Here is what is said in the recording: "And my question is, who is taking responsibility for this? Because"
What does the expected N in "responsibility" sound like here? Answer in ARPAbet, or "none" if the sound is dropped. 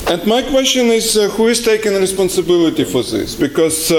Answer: N